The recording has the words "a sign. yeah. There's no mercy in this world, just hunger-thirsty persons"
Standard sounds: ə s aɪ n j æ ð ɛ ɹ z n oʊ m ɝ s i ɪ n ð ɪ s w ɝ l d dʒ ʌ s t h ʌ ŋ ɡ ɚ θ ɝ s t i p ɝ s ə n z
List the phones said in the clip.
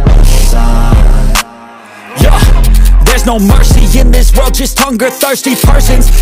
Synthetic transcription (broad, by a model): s j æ ð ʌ ɹ z n oʊ m ɝ s i ɪ n ð ɪ s w ɝ l d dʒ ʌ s t h ʌ ŋ ɡ ɚ θ ɝ s t i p ɝ s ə n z